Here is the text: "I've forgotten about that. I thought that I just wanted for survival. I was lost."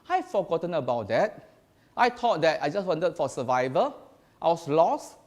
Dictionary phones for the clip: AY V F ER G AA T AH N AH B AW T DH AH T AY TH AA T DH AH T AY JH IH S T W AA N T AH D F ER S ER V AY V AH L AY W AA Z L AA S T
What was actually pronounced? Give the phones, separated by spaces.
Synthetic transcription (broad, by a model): AY F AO G AA T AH N AH B AW T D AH T AY T AA T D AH T AY JH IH S W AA N T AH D F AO S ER V AY V AH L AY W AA S L AA S